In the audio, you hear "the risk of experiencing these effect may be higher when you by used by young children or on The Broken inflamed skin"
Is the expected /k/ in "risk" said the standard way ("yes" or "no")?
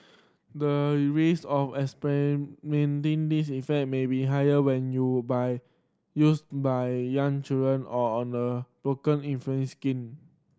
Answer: no